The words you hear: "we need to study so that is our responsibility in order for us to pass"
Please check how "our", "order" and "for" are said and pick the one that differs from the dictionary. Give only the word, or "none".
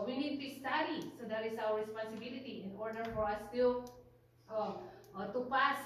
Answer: our